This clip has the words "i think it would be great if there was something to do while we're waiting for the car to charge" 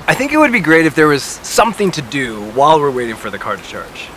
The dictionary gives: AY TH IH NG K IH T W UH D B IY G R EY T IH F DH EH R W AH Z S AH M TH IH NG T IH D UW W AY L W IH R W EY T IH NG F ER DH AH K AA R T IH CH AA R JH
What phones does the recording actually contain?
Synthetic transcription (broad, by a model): AY TH IH NG K IH T W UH D B IY G R EY T IH F DH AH R W AH Z S AH M TH IH NG T IH D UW W AY L W IH R W EY T IH NG F ER DH AH K AA R T IH CH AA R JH